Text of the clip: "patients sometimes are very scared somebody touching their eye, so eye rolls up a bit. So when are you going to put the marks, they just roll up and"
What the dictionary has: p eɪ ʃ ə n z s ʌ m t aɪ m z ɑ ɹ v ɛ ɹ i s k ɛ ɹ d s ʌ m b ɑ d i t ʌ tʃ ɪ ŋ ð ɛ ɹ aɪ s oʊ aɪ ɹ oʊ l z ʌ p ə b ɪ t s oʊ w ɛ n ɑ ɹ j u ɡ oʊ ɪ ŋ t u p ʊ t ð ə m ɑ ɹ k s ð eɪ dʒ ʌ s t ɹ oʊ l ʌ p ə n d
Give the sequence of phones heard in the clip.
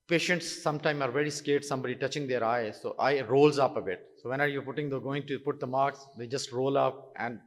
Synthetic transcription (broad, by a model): p eɪ ʃ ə n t s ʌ m t aɪ m ɑ ɹ v ɛ ɹ i s k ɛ ɹ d s ʌ m b ɑ d i t ʌ tʃ ɪ ŋ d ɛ ɹ aɪ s oʊ aɪ ɹ oʊ l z ʌ p ə b ɪ t s oʊ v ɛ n ɑ ɹ j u ɡ oʊ ɪ ŋ t u p ʊ t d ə m ɑ ɹ k s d eɪ dʒ ʌ s t ɹ oʊ l ʌ p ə n d